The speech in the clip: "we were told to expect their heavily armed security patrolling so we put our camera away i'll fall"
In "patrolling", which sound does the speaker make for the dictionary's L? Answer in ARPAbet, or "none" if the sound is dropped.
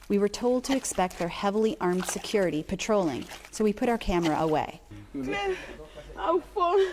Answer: L